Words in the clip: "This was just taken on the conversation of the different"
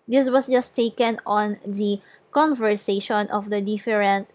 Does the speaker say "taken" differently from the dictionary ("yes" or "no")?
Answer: no